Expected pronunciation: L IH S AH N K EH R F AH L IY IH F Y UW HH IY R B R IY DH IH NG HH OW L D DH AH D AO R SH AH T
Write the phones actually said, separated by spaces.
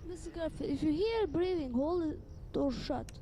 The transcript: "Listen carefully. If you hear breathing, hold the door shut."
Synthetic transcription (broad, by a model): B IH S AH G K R AH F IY IH F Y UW HH IY R B R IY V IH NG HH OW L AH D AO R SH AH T